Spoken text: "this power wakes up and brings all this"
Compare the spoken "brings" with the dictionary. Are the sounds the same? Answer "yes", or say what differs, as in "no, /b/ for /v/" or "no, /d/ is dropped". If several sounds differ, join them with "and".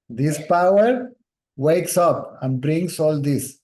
no, /s/ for /z/